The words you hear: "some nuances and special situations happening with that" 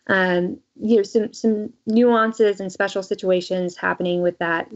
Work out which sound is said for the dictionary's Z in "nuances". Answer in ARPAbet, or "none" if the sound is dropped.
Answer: Z